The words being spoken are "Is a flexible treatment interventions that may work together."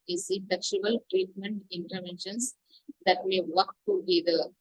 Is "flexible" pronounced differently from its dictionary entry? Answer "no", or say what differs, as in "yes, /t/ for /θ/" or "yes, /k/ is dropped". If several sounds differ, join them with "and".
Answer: yes, /ʃ/ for /s/